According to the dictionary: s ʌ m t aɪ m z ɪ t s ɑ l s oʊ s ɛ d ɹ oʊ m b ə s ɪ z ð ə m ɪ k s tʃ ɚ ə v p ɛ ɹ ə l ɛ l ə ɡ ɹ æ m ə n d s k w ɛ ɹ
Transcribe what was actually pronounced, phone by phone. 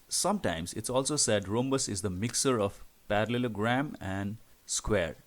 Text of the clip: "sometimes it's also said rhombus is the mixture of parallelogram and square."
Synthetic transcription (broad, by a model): s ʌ m t aɪ m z ɪ t s ɑ l s oʊ s ɛ d ɹ oʊ m b ə s ɪ z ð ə m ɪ k s ɚ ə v p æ ɹ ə l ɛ l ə ɡ ɹ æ m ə n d s k w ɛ ɹ